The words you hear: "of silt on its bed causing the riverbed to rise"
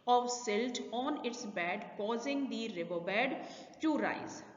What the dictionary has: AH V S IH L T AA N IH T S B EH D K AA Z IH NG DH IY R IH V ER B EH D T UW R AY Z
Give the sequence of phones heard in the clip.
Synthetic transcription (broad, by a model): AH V S IH L T AA N IH T S B EH D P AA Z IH NG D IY R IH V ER B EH D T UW R AY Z